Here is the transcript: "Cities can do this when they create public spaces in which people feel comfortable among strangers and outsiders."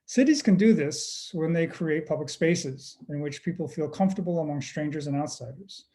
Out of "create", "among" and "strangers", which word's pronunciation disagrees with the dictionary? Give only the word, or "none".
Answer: none